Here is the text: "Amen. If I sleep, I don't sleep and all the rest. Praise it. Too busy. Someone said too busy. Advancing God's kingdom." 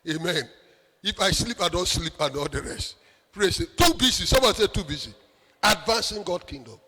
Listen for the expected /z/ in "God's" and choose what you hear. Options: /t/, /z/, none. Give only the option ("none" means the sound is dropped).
none